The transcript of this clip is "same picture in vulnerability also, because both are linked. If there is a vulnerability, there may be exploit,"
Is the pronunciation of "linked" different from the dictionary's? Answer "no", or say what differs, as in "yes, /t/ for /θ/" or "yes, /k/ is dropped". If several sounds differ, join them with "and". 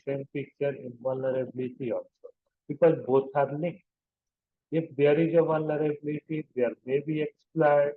yes, /ŋ/ is dropped and /t/ is dropped